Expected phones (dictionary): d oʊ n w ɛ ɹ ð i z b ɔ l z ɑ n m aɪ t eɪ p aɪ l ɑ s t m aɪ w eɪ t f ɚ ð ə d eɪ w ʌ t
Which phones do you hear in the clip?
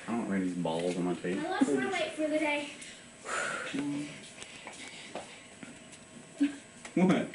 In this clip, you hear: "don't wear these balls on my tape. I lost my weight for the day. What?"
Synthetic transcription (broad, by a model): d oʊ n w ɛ ð i z b ɔ l z n m aɪ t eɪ ɪ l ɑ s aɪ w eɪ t f ɚ ð ə d eɪ w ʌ t